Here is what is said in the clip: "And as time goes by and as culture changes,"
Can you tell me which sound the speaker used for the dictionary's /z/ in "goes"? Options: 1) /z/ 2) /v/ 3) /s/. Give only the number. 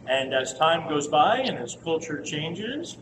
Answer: 1